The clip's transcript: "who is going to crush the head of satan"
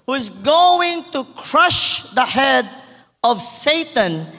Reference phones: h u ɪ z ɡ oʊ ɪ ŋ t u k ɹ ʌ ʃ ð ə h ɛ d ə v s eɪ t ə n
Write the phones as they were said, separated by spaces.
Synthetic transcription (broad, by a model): h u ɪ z ɡ oʊ ɪ ŋ t u k ɹ ʌ ʃ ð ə h ɛ d ə v s eɪ t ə n